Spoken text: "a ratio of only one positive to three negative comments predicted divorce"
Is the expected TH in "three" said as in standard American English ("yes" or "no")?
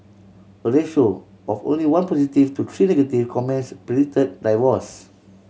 no